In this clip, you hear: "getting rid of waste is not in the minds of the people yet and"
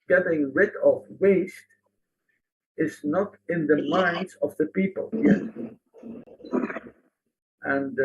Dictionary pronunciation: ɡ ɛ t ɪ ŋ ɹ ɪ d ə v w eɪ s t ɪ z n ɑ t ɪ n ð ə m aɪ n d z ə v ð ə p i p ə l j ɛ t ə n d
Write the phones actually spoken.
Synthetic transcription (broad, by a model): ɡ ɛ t ɪ ŋ ɹ ɪ d ə v w eɪ s t ɪ z n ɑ t ɪ n ð ə m aɪ n d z ə v ð ə p i p ə l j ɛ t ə n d